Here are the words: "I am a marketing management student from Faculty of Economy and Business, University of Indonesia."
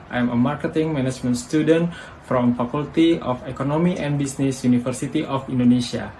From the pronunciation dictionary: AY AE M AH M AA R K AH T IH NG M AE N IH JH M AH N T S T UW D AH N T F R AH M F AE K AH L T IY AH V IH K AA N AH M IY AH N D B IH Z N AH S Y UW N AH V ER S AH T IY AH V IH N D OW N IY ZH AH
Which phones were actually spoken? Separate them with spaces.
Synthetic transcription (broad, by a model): AY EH M AH M AA R K AH T IH NG M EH N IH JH M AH N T S T UW D AH N T F R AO M F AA K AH L T IY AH F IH K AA N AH M IY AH N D B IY S N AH S Y UW N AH F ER S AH T IY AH F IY N D OW N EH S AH